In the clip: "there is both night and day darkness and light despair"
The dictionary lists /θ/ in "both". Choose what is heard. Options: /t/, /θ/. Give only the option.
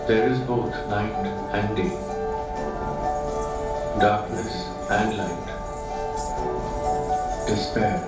/t/